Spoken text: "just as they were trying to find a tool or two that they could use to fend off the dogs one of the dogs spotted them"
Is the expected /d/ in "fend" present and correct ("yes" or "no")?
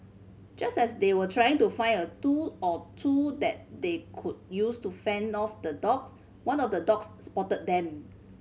yes